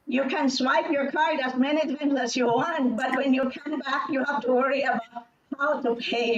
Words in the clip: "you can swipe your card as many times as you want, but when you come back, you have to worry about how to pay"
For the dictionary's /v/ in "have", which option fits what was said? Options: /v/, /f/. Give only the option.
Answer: /f/